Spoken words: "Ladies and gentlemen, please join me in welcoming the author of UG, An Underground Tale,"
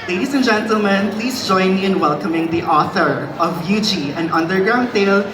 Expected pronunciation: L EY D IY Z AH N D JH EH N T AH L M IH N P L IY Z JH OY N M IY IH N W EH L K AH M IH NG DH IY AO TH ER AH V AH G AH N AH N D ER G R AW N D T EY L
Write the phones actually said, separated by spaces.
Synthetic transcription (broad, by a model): L EY D IY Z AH N JH EH N T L M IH N P L IY Z JH OY N M IY IH N W EH L K AH M IH NG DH IY AO TH ER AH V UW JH AH N AH N D ER G R AW N D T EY L